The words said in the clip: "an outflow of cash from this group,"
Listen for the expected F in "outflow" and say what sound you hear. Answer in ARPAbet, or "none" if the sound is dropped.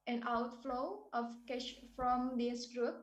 F